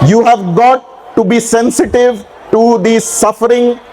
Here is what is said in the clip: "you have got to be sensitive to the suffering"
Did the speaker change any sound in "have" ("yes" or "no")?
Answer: no